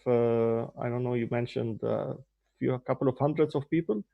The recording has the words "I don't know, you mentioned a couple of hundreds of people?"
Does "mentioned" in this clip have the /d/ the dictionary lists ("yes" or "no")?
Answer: yes